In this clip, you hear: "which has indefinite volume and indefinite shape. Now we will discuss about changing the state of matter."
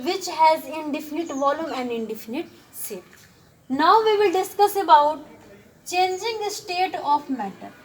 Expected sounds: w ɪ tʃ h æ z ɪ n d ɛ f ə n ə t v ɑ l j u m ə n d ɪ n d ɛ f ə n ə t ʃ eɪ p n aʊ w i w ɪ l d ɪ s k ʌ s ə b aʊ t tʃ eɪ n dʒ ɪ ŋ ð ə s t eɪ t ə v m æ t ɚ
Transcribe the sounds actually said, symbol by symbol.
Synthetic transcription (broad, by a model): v ɪ tʃ h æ z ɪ n d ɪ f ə n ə t v ɑ l j u m ə n d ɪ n d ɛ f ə n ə t s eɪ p n aʊ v i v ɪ l d ɪ s k ʌ s ə b aʊ t tʃ eɪ n dʒ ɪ ŋ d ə s t eɪ t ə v m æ t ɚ